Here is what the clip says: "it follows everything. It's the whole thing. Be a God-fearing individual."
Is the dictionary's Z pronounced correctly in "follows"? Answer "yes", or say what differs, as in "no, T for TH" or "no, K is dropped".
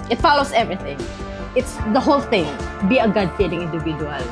no, S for Z